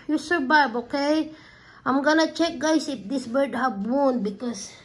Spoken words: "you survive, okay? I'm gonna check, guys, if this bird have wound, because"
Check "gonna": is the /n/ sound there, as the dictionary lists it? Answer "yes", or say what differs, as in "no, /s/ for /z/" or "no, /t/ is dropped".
yes